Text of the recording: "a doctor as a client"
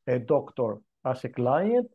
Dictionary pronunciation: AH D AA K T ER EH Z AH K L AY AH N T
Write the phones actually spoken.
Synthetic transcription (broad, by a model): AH D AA K T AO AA S AH K L AY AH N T